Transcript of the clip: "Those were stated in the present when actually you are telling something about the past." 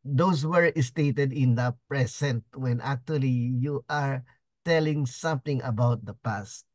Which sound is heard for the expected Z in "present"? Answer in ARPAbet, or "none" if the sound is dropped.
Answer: S